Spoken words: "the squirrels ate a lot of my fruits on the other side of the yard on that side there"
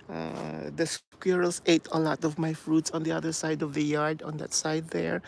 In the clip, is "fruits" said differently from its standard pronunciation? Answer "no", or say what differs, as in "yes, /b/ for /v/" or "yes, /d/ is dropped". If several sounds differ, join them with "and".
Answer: no